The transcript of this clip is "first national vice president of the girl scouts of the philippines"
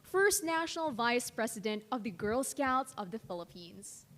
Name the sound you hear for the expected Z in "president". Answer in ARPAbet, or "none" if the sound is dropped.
S